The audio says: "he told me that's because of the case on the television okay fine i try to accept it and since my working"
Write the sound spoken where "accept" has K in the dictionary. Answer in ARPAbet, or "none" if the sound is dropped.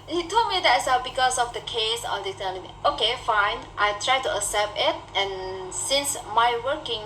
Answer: none